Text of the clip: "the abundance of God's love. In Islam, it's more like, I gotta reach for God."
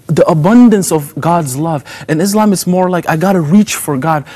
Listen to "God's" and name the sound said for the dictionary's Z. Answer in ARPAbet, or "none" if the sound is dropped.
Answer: Z